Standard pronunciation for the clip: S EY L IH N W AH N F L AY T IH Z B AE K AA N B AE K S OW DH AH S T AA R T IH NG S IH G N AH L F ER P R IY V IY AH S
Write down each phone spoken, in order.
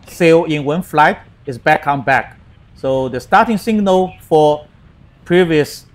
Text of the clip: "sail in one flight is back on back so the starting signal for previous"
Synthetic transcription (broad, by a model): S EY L IH N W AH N F L AY T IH S B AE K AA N B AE K S OW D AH S T AA T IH NG S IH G N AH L F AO P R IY V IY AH S